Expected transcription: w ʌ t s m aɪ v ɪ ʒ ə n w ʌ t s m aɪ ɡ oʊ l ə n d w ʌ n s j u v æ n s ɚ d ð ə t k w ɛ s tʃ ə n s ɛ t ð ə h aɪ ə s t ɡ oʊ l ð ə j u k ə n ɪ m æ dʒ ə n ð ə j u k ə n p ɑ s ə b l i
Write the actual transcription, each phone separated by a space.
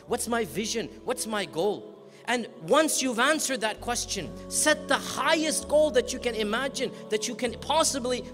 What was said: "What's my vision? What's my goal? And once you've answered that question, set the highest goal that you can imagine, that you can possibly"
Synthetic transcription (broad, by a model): w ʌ t s m aɪ v ɪ ʒ ə n w ʌ t s m aɪ ɡ oʊ l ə n w ʌ n s j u v æ n s ɚ d ð ə t k w ɛ s tʃ ə n s ɛ t ð ə h aɪ ə s t ɡ oʊ l ð ə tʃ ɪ k ə n ɪ m æ dʒ ə n ð ə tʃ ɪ k ə n p ɑ s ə b l i